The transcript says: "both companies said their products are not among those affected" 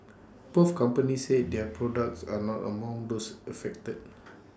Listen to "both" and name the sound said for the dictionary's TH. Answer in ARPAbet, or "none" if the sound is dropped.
F